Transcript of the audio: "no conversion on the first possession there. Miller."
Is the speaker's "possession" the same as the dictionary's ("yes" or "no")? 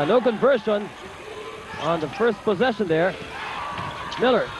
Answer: yes